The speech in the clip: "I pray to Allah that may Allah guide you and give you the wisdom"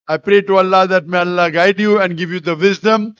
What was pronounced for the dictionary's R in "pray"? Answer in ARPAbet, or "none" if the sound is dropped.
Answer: R